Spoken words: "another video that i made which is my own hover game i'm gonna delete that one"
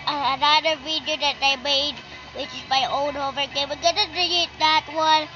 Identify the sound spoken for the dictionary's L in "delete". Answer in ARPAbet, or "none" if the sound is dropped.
none